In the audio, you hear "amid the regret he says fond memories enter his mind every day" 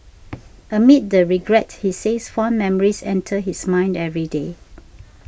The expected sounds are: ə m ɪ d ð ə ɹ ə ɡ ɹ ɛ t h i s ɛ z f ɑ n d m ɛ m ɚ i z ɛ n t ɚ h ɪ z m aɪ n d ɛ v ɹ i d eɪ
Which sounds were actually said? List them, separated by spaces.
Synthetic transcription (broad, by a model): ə m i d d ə ɹ ə ɡ ɹ ɛ t h i s ɛ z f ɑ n m ɛ m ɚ i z ɛ n t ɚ h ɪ s m aɪ n d ɛ v ɹ i d eɪ